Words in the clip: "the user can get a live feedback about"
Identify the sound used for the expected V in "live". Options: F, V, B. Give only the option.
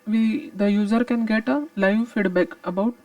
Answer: V